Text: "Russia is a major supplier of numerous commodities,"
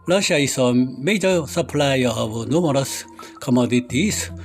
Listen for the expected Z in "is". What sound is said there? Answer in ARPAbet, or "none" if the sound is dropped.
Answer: S